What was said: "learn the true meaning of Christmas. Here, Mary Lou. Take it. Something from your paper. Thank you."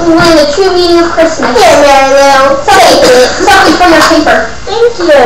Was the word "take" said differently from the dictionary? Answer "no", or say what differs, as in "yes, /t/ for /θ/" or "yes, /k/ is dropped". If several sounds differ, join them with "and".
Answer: yes, /s/ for /t/ and /k/ is dropped